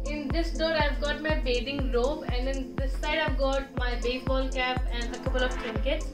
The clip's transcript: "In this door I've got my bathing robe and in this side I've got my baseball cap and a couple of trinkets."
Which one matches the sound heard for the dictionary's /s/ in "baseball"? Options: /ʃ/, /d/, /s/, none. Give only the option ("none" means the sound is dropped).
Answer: none